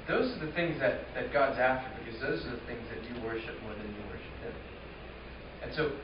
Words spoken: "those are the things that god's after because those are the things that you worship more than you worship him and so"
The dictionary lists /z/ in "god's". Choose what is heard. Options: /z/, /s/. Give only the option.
/z/